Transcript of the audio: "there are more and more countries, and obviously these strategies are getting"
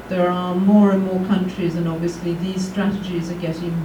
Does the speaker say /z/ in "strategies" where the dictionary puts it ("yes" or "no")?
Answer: yes